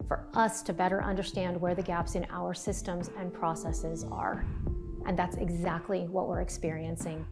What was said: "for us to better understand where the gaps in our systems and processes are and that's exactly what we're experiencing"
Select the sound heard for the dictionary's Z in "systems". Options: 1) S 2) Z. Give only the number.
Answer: 2